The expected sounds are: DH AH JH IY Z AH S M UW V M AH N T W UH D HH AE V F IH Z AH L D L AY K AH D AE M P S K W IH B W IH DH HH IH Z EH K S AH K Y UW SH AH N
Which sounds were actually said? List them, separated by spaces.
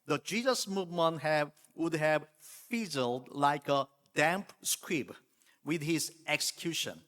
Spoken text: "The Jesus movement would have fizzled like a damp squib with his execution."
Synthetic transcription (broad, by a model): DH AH JH IY Z AH S M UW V M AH N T W UH D HH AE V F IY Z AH L D L AY K AH D AE M P S K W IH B W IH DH HH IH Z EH K S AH K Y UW SH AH N